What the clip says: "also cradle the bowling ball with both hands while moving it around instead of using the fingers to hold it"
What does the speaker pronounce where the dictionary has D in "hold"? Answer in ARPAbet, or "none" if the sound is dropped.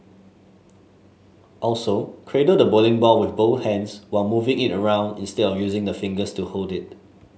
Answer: D